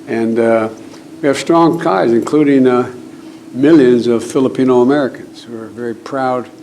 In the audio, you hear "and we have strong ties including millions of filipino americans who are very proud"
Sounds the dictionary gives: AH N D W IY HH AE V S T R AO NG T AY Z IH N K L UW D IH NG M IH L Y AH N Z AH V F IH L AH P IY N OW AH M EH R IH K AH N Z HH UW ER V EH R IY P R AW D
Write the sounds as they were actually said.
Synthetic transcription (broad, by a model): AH N W IY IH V S T R AO NG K AY Z IH N K L UW D IH NG M IH L Y AH N Z AH V F IH L AH P IY N OW AH M EH R IH K AH N Z HH UW ER V EH R IY P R AW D